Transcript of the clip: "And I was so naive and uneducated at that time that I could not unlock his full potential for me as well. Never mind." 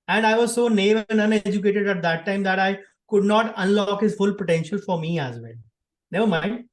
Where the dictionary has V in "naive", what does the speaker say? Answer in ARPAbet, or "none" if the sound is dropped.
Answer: none